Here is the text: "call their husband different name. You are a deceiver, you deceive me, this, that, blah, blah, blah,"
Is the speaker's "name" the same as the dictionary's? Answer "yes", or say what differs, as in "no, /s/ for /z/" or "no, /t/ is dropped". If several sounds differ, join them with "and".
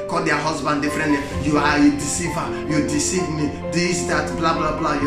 no, /l/ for /n/